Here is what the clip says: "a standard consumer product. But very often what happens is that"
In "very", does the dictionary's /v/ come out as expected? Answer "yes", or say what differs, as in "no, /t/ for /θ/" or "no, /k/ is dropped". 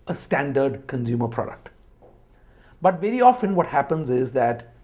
yes